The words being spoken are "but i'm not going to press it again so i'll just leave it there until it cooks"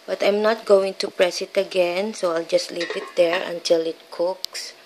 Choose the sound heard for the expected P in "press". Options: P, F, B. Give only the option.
P